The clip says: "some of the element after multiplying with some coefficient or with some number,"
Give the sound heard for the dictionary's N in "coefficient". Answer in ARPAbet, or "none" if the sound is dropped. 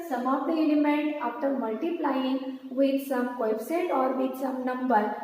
none